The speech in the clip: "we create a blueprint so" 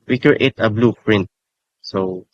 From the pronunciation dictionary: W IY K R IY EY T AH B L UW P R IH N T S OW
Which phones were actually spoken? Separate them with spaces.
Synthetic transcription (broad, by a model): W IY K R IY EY T AH B L UW P R IH N T S OW